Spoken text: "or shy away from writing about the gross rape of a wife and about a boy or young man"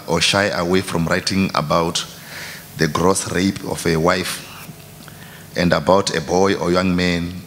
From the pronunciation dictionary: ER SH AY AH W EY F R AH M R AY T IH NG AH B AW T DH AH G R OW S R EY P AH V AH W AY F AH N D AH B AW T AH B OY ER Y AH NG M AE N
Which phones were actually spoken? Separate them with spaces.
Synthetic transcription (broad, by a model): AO SH AY AH W EY F R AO M R AY T IH NG AH B AW T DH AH G R OW S R EY P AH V AH W AY F AH N D AH B AW T AH B OY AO Y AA NG M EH N